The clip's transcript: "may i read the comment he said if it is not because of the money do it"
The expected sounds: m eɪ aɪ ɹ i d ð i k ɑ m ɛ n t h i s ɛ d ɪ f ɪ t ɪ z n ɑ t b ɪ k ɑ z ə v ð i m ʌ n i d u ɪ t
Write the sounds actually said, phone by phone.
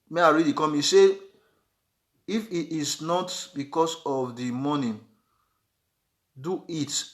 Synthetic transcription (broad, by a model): m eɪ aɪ ɹ i d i k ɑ m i s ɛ ɪ f ɪ t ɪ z n ɑ t b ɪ k ɑ s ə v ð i m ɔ n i d u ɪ t